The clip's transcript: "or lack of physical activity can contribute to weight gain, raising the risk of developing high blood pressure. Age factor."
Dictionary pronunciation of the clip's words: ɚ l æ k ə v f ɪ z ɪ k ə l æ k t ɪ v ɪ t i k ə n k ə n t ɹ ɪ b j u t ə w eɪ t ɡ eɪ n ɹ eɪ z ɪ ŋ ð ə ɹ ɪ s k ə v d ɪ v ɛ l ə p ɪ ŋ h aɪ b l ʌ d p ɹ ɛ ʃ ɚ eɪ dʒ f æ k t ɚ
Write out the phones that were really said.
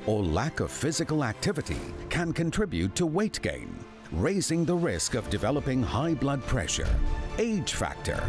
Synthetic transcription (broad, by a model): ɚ l æ k ə v f ɪ z ɪ k ə l æ k t ɪ v ɪ t i k ə n k ə n t ɹ ɪ b j u t ə w eɪ t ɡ eɪ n ɹ eɪ z ɪ ŋ ð ə ɹ ɪ s k ə v d ɪ v ɛ l ə p ɪ ŋ h aɪ b l ʌ d p ɹ ɛ ʃ ɚ eɪ dʒ f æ k t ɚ